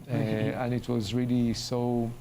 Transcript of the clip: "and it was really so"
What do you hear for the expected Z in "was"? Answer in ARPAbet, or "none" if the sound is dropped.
Z